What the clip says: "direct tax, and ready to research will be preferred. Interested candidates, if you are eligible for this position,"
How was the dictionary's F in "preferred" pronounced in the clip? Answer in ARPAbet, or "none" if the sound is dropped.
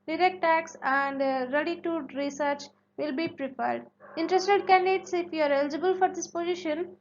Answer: P